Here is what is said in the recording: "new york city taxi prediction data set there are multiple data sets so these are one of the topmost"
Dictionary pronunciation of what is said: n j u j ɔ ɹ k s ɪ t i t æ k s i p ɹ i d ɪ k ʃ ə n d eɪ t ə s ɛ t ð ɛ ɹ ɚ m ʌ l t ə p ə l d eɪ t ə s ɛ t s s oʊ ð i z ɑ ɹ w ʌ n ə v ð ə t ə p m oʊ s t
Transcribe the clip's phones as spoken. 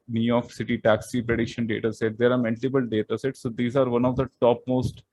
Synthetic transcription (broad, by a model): n j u j ɔ ɹ k s ɪ t i t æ k s i p ɹ i d ɪ k ʃ ə n d eɪ t ə s ɛ t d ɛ ɹ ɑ m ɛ n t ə b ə l d eɪ t ə s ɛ t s s oʊ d i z ɑ ɹ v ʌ n ə v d ə t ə p m oʊ s t